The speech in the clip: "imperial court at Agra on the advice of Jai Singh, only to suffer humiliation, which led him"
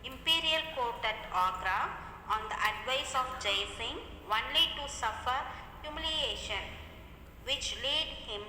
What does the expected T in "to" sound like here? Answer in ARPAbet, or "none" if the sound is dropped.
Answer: T